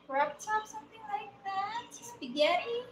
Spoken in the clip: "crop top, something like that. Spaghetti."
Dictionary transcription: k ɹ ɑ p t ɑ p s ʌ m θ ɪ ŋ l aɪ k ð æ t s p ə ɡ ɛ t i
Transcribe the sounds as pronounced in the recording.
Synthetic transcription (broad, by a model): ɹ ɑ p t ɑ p s ʌ m θ ɪ ŋ l aɪ k ð æ t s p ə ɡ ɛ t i